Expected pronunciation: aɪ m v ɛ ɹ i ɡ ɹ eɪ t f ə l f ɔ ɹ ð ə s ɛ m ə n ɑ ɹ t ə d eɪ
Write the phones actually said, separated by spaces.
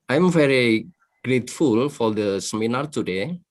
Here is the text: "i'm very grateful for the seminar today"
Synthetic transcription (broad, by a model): aɪ m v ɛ ɹ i ɡ ɹ eɪ t f ə l f ɔ ɹ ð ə s ɛ m ə n ɑ ɹ t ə d eɪ